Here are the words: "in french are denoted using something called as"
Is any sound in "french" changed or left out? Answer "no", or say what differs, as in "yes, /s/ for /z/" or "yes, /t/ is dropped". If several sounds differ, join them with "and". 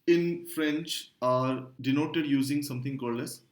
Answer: no